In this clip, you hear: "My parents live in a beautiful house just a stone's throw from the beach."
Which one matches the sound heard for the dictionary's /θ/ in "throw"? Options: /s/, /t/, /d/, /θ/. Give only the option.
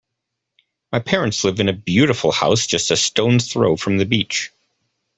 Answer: /θ/